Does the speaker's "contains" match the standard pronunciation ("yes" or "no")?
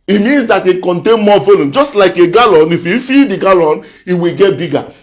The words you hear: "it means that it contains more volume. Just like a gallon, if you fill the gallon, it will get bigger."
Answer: no